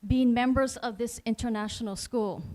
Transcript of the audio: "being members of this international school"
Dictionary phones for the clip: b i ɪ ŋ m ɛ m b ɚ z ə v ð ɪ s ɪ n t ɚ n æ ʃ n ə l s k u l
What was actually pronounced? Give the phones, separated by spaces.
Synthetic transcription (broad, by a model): b i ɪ ŋ m ɛ m b ɚ z ə v ð ɪ s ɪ n t ɚ n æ ʃ n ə l s k u l